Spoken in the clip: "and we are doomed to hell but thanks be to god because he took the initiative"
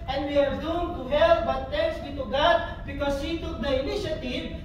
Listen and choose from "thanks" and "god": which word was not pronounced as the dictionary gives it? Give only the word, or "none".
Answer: thanks